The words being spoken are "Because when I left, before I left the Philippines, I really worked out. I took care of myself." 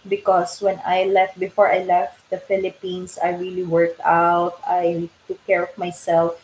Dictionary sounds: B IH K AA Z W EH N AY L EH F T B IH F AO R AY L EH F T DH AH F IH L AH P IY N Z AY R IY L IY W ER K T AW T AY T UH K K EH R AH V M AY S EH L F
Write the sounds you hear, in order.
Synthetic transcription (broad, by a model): B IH K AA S W EH N AY L EH F T B IH F AO R AY L EH F T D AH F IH L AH P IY N S AY R IY L IY W ER K T AW T AY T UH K K EH R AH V M AY S EH L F